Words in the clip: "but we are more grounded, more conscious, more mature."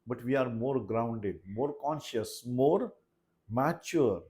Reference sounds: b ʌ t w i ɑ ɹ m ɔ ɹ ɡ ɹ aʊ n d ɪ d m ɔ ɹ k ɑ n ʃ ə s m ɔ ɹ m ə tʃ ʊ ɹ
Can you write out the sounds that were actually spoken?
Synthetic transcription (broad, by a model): b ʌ t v i ɑ ɹ m ɔ ɹ ɡ ɹ aʊ n d ɪ d m ɔ ɹ k ɑ n ʃ ə s m ɔ ɹ m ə tʃ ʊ ɹ